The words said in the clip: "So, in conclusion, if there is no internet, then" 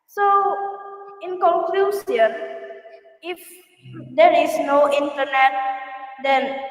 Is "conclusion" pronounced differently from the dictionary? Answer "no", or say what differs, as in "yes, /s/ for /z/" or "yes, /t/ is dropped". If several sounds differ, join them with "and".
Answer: yes, /s/ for /ʒ/